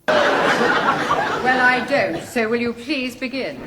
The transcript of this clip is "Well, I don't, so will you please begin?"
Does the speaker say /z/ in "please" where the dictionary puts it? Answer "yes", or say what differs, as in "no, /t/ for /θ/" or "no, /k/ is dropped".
yes